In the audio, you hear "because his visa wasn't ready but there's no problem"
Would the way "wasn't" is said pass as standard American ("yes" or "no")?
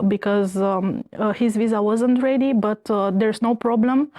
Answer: yes